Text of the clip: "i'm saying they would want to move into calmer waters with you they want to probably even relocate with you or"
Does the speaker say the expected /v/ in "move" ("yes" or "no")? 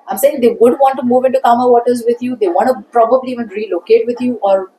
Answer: yes